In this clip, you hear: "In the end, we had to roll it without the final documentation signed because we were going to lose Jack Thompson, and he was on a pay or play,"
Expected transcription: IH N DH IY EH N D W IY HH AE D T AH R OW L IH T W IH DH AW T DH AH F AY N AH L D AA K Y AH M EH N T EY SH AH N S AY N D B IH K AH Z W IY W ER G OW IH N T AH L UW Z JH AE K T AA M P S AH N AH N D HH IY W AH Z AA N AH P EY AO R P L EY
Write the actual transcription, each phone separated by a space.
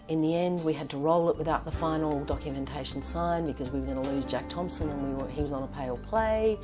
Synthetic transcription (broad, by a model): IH N DH IY EH N D W IY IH D T AH R OW L IH T W IH DH AW T DH AH F AY N L D AA K Y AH M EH N T EY SH N S AY N B IH K AH Z W IY W ER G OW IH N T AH L UW Z JH AE K T AA M P S AH N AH N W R IY W AH Z N AH P EY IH L P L EY